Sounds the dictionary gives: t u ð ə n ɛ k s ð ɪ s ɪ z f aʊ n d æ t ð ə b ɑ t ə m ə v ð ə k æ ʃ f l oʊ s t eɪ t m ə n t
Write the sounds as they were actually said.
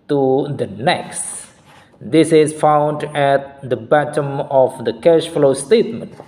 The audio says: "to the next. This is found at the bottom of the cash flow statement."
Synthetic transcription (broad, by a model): t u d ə n ɛ k s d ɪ s ɪ z f aʊ n d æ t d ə b ɑ t ə m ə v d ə k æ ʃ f l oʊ s t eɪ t m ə n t